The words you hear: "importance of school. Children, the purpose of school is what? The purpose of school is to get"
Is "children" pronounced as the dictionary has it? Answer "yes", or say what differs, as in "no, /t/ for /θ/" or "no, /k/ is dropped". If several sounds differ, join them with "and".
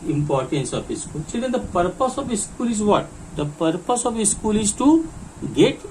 no, /s/ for /tʃ/ and /l/ is dropped and /ɹ/ is dropped